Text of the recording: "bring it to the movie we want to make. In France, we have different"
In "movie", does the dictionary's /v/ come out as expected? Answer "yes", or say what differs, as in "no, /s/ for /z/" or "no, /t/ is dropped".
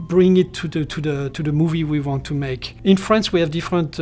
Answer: yes